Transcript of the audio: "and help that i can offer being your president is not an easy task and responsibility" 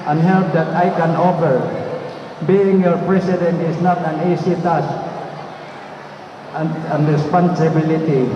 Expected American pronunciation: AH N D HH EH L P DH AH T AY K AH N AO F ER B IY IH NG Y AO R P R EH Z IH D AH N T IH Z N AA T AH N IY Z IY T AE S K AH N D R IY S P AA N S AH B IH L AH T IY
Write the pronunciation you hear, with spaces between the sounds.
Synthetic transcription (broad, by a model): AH N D HH EH L P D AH T AY K AH N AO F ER B IY IH NG Y AO R P R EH S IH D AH N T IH S N AA T AH N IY S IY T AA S AH N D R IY S P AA N S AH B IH L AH T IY